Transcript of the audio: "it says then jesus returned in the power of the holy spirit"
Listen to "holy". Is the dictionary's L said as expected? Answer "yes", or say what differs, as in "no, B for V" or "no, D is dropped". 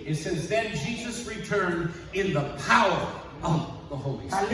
no, L is dropped